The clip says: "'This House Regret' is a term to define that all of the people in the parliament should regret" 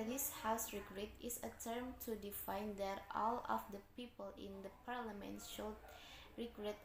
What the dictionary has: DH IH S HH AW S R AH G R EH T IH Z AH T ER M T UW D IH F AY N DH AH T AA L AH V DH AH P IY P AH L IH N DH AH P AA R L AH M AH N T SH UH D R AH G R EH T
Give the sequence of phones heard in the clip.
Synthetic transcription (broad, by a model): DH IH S HH AW S R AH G R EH T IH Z AH T ER M T UW D IH F AY N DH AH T AA L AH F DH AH P IY P AH L IH N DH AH P AA R L AH M AH N T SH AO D R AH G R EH T